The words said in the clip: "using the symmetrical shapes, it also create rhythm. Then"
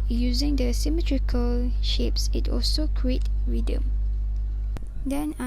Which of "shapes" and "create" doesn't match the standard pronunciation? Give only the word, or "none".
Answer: none